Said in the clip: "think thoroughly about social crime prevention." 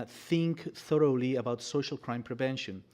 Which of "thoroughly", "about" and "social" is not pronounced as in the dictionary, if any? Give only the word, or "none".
none